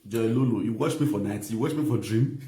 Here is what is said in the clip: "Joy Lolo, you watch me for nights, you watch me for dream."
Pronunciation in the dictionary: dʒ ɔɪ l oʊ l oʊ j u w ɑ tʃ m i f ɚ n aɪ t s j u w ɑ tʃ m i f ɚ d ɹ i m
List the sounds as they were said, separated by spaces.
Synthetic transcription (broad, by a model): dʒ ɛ l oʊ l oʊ j u w ɑ tʃ m i f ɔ n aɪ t j u w ɑ tʃ m i f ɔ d ɹ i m